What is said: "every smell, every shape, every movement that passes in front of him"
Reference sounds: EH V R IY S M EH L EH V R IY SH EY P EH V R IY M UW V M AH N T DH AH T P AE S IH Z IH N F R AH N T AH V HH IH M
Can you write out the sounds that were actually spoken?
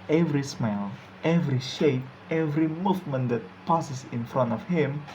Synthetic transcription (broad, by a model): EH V R IY S M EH L EH V R IY SH EY P EH V R IY M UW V M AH N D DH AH T P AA S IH S IH N F R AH N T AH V HH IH M